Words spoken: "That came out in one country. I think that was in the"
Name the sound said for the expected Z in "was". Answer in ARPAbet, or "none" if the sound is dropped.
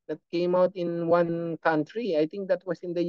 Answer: S